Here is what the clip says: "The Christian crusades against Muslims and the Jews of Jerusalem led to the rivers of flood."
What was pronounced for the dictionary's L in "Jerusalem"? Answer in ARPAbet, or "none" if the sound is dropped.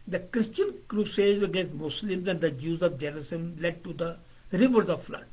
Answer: none